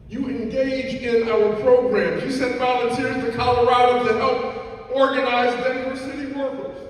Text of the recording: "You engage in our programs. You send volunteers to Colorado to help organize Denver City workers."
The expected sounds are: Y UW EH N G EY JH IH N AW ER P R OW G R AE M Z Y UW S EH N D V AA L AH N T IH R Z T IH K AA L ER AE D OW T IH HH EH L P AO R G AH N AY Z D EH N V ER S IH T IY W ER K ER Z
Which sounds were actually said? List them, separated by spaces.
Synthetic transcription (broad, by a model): Y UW EH N G EY JH IH N AW ER P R OW G R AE M Y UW S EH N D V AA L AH N T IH R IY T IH K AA L ER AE D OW T IH HH EH L P AO R G AH N AY Z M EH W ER S IH T IY W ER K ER